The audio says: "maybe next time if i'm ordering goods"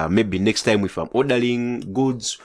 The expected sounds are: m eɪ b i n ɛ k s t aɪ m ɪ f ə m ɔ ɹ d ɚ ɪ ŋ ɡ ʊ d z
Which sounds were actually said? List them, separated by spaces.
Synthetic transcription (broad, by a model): m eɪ b i n ɛ k s t aɪ m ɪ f ə m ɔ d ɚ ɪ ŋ ɡ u d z